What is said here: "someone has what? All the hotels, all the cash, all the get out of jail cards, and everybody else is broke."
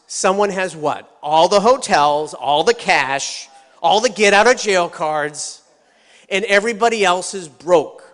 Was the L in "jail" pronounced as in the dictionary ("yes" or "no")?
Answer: yes